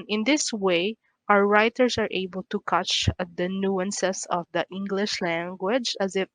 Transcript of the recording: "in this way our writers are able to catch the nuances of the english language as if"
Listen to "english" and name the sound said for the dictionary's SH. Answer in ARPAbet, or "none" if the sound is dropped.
SH